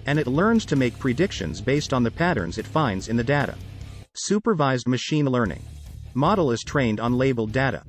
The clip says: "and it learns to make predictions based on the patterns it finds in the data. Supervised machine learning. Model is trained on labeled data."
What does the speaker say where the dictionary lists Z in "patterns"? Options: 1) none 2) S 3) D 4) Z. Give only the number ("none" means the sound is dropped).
4